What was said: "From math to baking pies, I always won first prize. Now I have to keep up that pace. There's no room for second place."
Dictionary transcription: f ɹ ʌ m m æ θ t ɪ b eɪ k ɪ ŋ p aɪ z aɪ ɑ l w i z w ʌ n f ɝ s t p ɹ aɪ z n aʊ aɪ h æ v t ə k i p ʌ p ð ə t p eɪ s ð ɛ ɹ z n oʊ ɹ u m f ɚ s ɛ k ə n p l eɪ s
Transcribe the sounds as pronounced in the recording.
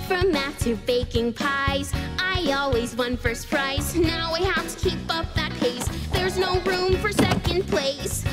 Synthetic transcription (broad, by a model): f ɹ ʌ m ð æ t ɪ b eɪ k ɪ ŋ p aɪ z aɪ ɑ l w i z w ʌ n f ɝ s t p ɹ aɪ z n aʊ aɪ h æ f t ə k i p ʌ p ð ə t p eɪ s ð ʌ ɹ z n oʊ ɹ u m f ɚ s ɛ k ə n p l eɪ s